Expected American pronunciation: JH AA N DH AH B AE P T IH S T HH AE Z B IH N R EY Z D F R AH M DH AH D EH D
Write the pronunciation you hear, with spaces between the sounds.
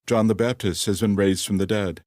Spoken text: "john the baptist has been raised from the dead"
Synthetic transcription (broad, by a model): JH AA N DH AH B AE P T IH S T HH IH Z B IH N R EY Z D F R AH M DH AH D EH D